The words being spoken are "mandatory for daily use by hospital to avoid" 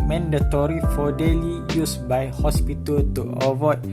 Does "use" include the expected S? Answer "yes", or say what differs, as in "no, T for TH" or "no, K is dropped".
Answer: yes